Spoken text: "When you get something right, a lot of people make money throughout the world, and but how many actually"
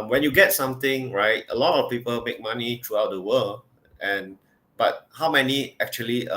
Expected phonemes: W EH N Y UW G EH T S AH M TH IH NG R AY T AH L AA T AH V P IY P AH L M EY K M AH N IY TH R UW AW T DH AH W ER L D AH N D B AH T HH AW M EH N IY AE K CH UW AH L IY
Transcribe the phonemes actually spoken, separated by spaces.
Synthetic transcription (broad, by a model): W EH N Y UW G EH T S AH M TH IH NG R AY T AH L AA T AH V P IY P AH L M EY K M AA N IY T R UW AW T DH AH W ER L AH N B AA T HH AW M EH N IY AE K CH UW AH L IY